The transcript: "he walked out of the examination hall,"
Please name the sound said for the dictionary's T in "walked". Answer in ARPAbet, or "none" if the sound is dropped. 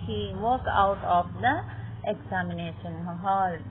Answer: none